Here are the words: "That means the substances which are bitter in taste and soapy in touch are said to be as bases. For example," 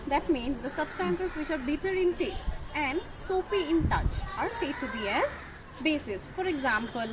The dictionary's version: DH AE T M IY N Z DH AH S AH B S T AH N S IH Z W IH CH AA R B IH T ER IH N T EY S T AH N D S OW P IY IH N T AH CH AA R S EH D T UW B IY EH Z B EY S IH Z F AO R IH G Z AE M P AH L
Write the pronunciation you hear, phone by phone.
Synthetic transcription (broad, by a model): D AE T M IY N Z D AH S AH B S T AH N S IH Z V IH CH AA R B IH T ER IH N T EY S T AH N D S OW F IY IH N T AH CH AA R S EH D T UW B IY EH Z B EY S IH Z F AO R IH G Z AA M P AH L